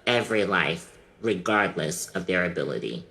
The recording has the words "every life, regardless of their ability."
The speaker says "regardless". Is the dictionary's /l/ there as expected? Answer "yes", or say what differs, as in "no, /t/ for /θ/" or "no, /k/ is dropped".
yes